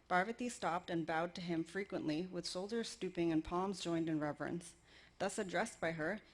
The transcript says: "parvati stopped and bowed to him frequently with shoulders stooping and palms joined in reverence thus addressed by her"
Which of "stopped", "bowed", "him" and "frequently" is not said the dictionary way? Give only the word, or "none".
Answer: none